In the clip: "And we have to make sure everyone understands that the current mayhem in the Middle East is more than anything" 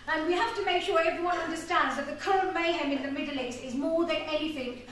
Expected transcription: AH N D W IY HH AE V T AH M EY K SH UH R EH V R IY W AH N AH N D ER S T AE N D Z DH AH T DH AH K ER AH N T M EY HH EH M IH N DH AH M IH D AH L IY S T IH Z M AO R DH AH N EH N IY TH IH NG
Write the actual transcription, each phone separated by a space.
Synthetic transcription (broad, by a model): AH N W IY HH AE F T AH M EY K SH UH R EH V R IY W AH N AH N D ER S T AE N D Z DH AH T DH AH K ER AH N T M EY HH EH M IH N DH AH M IH D L IY S T IH Z M AO R DH AH N EH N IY TH IH NG